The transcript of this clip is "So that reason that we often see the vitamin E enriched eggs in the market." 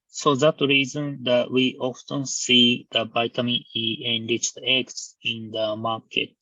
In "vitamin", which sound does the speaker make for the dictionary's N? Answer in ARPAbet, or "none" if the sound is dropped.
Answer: none